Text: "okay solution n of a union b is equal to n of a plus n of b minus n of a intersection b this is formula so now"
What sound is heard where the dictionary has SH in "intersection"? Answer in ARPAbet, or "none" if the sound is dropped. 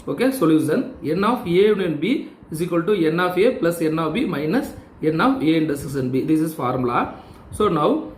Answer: S